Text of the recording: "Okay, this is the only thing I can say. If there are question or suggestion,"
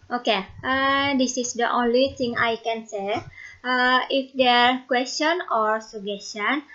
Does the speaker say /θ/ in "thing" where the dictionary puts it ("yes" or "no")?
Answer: no